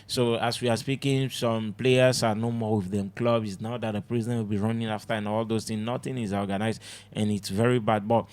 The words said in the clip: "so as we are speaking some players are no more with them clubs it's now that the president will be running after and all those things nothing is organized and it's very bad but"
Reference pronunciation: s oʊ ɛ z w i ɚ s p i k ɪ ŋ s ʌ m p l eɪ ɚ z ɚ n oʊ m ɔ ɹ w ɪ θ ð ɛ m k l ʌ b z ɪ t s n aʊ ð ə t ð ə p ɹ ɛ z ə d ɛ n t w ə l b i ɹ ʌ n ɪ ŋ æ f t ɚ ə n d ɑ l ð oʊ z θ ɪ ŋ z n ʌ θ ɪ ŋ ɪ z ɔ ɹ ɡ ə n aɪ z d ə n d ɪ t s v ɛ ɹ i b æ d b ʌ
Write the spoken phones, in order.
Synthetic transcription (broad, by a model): s oʊ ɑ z w i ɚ s p i k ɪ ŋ s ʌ m p l eɪ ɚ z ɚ n oʊ m ɔ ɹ w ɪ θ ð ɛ m k l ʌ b ɪ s n aʊ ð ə t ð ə p ɹ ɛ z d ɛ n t w ə l b i ɹ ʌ n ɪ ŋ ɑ f t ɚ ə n ɑ l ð oʊ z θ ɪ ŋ n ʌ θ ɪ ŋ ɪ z ɔ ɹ ɡ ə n aɪ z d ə n ɪ t s v ɛ ɹ i b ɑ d b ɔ